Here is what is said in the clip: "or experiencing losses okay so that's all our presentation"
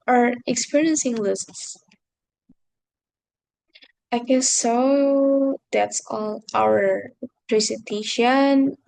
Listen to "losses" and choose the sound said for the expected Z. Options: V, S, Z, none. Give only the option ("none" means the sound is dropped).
none